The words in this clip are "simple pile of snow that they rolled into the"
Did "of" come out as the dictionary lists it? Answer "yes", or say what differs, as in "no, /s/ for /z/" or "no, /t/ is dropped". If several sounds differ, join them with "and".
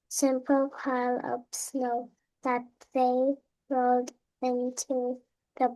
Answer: no, /p/ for /v/